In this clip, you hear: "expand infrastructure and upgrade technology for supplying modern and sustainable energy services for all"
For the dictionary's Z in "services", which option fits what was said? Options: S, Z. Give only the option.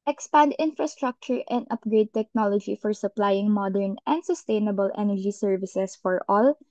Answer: S